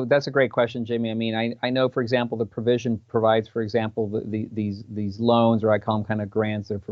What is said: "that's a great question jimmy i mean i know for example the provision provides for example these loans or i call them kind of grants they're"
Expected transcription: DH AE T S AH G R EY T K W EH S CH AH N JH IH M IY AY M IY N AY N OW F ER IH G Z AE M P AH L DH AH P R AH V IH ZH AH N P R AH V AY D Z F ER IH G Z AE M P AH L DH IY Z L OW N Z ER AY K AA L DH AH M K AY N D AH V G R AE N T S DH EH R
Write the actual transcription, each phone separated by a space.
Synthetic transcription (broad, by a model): DH AE T S AH G R EY T K W EH S CH AH N JH IH M IY AY M IY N AY N OW F ER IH G Z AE M P L DH AH P R AH V IH ZH AH N P R AH V AY D Z F ER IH G Z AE M P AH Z DH IY Z L OW N Z ER AY K AA L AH M K AY N D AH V G R AE N T S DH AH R